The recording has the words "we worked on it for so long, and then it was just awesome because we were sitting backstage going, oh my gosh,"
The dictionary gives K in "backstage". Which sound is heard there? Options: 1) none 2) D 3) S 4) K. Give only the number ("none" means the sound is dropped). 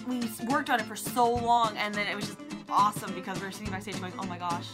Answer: 1